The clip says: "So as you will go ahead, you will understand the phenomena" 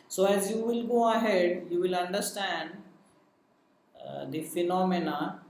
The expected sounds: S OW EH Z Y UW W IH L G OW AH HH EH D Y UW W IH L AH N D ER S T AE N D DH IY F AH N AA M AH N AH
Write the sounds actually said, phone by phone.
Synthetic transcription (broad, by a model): S OW EH Z Y UW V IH L G OW AH HH EH D Y UW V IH L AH N D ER S T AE N D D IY F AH N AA M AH N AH